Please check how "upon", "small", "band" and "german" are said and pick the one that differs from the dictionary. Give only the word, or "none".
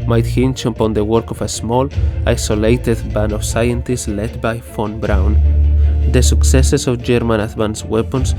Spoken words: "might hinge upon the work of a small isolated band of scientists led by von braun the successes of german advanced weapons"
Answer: band